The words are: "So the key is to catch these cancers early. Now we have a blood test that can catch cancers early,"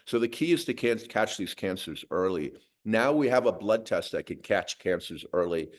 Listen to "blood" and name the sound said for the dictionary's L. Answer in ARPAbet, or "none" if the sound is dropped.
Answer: L